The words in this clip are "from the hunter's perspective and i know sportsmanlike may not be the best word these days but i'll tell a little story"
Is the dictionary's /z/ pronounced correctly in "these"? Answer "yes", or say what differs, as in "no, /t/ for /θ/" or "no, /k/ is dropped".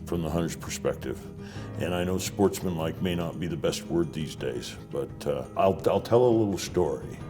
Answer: yes